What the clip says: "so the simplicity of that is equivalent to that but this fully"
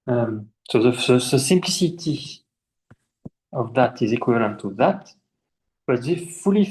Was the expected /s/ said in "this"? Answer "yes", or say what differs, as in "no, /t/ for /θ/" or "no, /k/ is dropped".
no, /s/ is dropped